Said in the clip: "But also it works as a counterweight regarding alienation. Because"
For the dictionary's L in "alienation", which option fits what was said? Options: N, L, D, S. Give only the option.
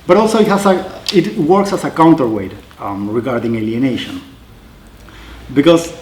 L